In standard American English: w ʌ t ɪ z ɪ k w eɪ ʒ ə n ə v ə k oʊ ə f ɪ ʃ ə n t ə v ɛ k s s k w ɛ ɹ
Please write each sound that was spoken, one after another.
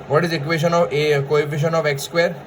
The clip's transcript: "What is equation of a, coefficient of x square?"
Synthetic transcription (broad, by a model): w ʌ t ɪ z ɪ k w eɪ ʃ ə n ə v ə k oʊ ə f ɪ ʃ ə n ə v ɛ k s s k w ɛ ɹ